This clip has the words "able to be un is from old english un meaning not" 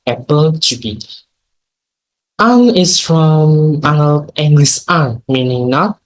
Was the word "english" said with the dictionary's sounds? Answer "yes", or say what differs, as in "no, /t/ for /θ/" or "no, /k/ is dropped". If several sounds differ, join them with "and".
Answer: no, /s/ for /ʃ/